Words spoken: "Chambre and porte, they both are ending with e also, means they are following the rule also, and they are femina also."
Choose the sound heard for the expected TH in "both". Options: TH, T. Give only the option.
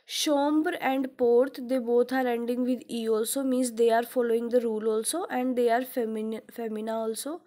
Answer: T